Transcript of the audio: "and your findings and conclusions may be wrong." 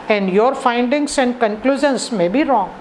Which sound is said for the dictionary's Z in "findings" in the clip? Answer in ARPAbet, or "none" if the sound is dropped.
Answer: S